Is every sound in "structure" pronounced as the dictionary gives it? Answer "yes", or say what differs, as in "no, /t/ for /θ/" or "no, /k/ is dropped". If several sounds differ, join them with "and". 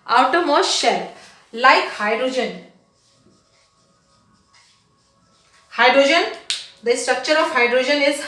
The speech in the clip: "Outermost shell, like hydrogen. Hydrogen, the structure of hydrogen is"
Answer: yes